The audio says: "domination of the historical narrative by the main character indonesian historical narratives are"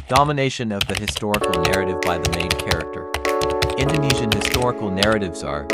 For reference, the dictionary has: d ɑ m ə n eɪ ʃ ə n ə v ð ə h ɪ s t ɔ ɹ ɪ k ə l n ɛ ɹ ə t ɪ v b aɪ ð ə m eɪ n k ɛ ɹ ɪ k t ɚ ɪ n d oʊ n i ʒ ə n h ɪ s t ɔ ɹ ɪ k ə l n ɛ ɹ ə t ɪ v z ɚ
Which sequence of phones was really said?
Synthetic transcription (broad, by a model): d ɑ m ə n eɪ ʃ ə n ə v ð ə h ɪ s t ɔ ɹ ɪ k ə l n ɛ ɹ ə t ɪ v b aɪ ð ə m eɪ n k ɛ ɹ ɪ k t ɚ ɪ n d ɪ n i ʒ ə n h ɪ s t ɔ ɹ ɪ k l n ɛ ɹ ə t ɪ v z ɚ